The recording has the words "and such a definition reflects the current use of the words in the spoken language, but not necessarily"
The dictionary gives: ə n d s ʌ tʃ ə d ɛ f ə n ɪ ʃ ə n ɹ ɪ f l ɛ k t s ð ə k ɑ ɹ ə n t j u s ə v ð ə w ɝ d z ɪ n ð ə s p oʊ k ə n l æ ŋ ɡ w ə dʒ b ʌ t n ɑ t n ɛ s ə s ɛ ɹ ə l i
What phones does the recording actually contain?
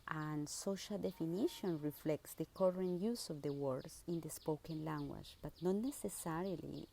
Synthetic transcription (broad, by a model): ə n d s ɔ ʃ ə d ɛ f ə n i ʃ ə n ɹ ɪ f l ɛ k t s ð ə k ɑ ɹ ə n t j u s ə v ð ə w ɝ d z ɪ n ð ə s p oʊ k ə n l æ ŋ ɡ w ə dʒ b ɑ t n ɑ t n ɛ s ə s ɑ ɹ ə l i